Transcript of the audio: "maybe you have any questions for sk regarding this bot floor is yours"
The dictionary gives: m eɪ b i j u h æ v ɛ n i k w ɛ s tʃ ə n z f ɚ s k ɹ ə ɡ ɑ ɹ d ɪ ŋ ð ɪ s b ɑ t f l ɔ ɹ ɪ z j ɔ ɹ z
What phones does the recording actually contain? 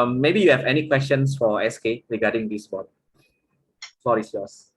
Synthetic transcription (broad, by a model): m eɪ b i j u h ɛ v ɛ n i k w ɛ s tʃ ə n s f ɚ s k ɹ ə ɡ ɑ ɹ d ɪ ŋ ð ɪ s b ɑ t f ɔ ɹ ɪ s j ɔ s